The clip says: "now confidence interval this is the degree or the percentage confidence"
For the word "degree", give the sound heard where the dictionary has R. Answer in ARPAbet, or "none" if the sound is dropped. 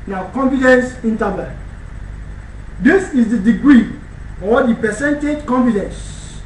R